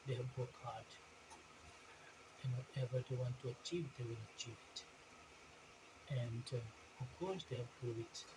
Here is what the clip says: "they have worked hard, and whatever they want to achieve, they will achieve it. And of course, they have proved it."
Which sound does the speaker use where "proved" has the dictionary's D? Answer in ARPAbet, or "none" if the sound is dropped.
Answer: none